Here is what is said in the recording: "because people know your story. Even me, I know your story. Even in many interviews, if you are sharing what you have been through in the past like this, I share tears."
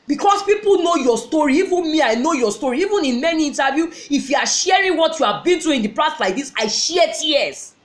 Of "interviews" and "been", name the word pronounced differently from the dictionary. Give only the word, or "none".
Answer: interviews